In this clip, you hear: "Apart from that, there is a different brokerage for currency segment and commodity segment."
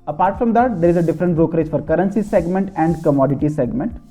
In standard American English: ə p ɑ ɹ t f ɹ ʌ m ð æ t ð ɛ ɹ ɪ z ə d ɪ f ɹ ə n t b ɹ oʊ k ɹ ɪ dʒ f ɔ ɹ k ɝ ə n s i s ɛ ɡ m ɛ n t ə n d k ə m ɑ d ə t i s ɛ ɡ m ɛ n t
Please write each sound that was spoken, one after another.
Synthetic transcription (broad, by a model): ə p ɑ ɹ t f ɹ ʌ m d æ t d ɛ ɹ ɪ z ə d ɪ f ɹ ə n t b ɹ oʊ k ɹ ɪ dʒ f ɔ ɹ k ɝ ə n s i s ɛ ɡ m ɛ n t ə n d k ə m ɑ d ə t i s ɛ ɡ m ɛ n t